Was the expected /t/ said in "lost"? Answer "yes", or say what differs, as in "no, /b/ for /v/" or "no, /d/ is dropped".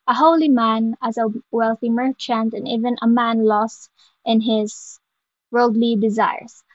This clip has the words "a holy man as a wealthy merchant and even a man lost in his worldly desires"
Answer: yes